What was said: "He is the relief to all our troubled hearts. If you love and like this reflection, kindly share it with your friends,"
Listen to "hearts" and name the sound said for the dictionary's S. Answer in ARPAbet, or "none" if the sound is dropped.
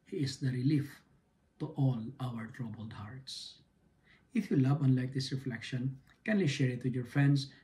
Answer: S